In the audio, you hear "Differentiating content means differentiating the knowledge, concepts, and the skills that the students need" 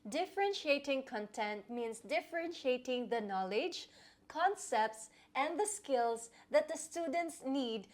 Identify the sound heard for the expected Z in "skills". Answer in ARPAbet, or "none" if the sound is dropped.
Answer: S